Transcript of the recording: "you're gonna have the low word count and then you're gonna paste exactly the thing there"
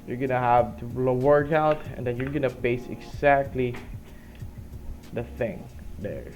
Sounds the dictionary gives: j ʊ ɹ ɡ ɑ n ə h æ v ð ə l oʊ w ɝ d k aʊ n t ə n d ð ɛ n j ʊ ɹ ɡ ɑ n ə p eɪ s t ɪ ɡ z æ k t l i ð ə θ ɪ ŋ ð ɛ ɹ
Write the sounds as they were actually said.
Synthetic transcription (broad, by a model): j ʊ ɹ ɡ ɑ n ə h æ v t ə l oʊ w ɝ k aʊ t ə n d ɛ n j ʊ ɹ ɡ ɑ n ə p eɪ s ɪ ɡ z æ k t l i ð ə θ ɪ ŋ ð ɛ ɹ